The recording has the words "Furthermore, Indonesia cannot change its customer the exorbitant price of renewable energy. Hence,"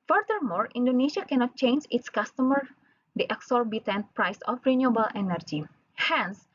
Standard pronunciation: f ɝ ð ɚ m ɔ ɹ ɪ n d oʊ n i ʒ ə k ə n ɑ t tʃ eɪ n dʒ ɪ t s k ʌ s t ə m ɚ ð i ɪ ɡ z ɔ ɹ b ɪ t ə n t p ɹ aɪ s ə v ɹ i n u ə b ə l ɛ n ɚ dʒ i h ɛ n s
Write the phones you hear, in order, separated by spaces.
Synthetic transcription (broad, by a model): f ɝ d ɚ m ɔ ɹ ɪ n d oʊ n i ʃ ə k ə n ɑ t tʃ eɪ n dʒ ɪ t s k ʌ s t ə m ɚ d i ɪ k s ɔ ɹ b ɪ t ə n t p ɹ aɪ s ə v ɹ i n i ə b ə l ɛ n ɚ dʒ i h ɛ n s